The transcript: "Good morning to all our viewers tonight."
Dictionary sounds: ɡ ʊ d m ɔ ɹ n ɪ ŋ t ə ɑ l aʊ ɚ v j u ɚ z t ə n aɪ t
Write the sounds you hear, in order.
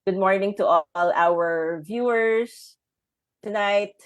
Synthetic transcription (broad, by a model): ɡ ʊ d m ɔ ɹ n ɪ ŋ t ə ɑ l aʊ ɚ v j u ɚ s t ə n aɪ t